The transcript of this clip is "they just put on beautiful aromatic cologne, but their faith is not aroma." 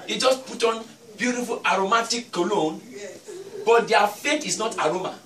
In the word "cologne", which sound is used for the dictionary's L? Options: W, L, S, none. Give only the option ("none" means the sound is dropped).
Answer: L